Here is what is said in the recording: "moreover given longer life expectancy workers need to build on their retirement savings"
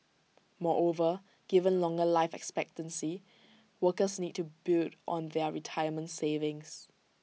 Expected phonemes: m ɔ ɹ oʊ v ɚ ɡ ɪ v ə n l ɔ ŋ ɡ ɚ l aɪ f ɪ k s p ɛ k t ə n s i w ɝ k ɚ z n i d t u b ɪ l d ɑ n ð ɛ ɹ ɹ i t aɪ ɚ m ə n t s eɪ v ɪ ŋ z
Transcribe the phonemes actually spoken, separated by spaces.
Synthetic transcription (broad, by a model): m ɔ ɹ oʊ v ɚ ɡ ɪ v ə n l ɔ ŋ ɡ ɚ l aɪ f ɪ k s p ɛ k t ə n s i w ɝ k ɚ s n i d t u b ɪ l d ɑ n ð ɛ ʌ ɹ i t aɪ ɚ m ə n t s eɪ v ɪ ŋ s